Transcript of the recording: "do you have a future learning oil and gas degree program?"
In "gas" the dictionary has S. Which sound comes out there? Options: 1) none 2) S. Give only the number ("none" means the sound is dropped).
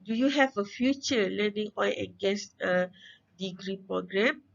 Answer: 1